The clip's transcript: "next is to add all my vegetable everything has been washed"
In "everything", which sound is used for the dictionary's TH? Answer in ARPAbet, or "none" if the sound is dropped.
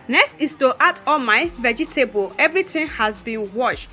T